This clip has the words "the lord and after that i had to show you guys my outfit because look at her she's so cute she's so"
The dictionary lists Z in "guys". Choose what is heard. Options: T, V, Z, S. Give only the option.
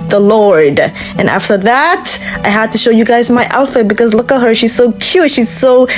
Z